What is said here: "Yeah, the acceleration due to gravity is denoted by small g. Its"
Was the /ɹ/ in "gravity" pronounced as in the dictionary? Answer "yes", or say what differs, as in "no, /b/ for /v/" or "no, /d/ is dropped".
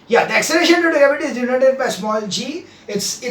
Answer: no, /ɹ/ is dropped